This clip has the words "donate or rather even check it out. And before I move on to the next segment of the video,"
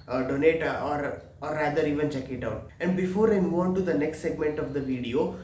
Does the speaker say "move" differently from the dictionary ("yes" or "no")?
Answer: yes